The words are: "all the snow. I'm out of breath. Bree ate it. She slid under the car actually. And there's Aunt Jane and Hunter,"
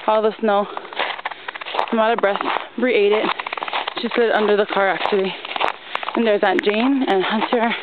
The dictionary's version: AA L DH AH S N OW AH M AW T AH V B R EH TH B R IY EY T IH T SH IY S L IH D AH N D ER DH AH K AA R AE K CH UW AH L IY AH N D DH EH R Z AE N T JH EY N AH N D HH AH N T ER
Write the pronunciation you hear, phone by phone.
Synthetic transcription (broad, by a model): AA L DH AH S N OW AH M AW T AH B R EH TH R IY EY T IH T SH IY S L IH D AH N D ER DH AH K AA R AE K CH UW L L IY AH N DH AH R Z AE T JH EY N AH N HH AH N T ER